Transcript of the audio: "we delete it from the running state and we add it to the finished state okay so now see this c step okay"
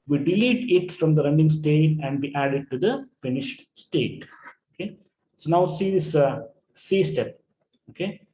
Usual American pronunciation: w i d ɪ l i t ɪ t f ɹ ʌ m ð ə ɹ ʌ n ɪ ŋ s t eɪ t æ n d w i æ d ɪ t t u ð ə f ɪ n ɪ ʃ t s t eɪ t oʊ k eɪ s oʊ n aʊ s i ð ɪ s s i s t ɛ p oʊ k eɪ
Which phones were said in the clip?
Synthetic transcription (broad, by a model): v i d ɪ l i t ɪ t f ɹ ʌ m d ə ɹ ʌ n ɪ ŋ s t eɪ t æ n d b i æ d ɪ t t u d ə f ɪ n ɪ ʃ t s t eɪ t oʊ k eɪ s oʊ n aʊ s i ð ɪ s s i s t ɛ p oʊ k eɪ